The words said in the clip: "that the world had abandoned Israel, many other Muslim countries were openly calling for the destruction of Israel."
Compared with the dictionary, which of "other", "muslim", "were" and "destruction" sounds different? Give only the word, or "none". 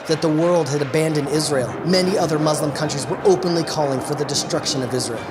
none